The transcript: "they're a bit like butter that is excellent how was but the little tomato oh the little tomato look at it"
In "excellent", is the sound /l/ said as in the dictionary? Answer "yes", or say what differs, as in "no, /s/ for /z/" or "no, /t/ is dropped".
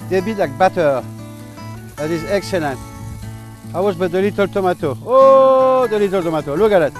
yes